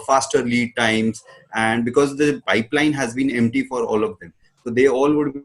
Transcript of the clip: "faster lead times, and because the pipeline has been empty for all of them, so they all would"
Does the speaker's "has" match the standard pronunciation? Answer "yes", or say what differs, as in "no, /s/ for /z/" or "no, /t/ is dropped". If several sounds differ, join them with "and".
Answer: yes